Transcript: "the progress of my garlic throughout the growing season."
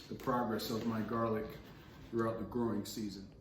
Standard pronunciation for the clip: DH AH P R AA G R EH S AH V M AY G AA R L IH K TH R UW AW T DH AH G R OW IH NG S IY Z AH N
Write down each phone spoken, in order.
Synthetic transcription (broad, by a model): DH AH P R AA G R EH S AH V M AY G AA R L IH K TH R UW AW T DH AH G R OW IH NG S IY Z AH N